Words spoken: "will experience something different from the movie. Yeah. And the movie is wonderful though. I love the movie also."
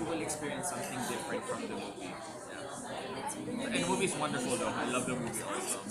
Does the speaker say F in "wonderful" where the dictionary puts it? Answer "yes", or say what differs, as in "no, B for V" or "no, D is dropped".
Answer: yes